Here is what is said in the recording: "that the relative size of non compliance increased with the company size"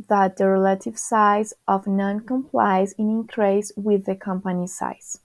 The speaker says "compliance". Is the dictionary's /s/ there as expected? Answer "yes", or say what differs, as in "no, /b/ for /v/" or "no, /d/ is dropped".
no, /s/ is dropped